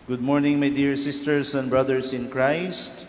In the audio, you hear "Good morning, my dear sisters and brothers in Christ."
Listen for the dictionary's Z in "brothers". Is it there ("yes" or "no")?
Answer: no